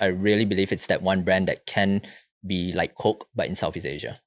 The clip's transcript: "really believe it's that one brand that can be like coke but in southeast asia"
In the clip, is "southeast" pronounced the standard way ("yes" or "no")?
no